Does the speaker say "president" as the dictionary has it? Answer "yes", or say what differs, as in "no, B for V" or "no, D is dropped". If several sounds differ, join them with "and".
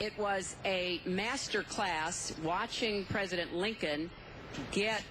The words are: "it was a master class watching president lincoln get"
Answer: yes